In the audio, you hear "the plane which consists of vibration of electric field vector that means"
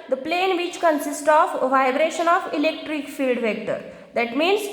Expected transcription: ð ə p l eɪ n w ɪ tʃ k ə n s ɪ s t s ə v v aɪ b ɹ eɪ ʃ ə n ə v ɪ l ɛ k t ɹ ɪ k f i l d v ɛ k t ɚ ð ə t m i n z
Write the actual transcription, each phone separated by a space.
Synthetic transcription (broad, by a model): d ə p l eɪ n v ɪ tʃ k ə n s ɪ s t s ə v v aɪ b ɹ eɪ ʃ ə n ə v ɪ l ɛ k t ɹ ɪ k f i l d v ɛ k t ɚ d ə t m i n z